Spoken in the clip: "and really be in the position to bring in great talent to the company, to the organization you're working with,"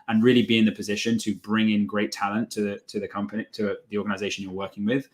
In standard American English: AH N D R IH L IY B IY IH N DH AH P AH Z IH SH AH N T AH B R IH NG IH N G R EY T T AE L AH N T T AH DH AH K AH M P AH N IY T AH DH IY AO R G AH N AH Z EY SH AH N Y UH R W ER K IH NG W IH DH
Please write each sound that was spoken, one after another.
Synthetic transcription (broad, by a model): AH N R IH L IY B IY IH N DH AH P AH Z IH SH AH N T AH B R IH NG IH N G R EY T T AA L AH N T T AH DH AH K AH M P AH N IY T AH DH IY AO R G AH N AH Z EY SH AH N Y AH R W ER K IH NG W IH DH